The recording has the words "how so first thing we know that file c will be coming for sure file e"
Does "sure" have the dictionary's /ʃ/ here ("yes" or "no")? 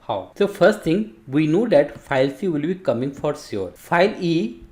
no